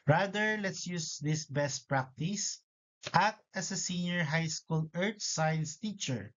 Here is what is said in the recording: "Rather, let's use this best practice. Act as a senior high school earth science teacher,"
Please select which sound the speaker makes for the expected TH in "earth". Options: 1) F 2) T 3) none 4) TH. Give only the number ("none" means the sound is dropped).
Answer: 2